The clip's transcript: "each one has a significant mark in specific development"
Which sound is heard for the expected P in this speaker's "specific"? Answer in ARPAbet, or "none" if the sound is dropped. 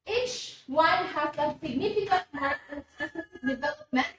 none